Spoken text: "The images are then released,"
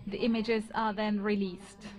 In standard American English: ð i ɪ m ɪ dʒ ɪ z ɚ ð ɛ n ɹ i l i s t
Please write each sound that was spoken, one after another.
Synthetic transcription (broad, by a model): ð i ɪ m ɪ dʒ ɪ z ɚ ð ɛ n ɹ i l i s t